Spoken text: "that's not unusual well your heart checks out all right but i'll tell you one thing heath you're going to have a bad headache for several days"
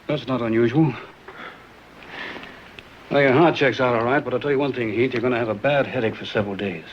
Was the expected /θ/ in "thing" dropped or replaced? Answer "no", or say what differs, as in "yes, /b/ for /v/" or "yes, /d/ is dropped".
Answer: no